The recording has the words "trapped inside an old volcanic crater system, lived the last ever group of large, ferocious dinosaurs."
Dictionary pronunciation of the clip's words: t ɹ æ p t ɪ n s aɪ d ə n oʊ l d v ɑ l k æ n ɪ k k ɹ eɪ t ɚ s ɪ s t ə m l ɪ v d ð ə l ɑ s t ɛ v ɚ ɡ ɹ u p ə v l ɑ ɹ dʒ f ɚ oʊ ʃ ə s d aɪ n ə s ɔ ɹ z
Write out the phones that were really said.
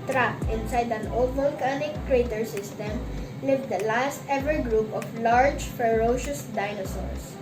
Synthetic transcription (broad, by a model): t ɹ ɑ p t ɪ n s aɪ d ə n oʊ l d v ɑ l k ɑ n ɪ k k ɹ eɪ t ɚ s ɪ s t ə m l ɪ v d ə l ɑ s t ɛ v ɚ ɡ ɹ u p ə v l ɑ ɹ dʒ f ɚ oʊ ʃ ə s d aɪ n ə s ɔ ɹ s